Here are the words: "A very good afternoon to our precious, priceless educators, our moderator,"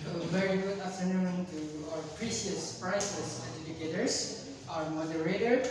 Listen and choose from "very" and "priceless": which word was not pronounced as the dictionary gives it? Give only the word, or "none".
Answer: priceless